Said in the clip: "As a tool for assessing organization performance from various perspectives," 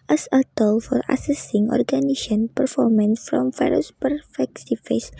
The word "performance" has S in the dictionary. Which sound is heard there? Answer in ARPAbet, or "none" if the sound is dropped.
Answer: S